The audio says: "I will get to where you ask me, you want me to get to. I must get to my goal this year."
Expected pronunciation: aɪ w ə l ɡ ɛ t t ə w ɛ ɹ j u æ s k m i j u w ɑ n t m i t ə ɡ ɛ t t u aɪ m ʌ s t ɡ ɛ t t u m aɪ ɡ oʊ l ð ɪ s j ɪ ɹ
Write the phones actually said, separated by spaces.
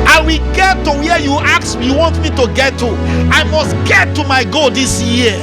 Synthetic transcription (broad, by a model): aɪ w ə l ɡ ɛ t t ə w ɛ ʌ j u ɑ k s j u w ɑ n t m i t ə ɡ ɛ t t u aɪ m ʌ s t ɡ ɛ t t u m aɪ ɡ oʊ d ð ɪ s j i